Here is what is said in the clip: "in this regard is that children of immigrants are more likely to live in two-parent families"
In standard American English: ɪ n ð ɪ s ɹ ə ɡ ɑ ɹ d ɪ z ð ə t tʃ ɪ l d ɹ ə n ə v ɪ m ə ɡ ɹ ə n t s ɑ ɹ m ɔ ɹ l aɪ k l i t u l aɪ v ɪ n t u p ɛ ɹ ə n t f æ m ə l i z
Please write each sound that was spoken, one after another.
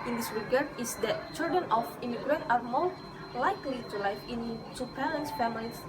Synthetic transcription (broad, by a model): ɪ n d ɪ s ɹ ə ɡ ɑ ɹ d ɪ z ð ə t tʃ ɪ l d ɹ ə n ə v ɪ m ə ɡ ɹ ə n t ɑ ɹ m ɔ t l aɪ k l i t u l aɪ f ɪ n t u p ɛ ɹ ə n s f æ m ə l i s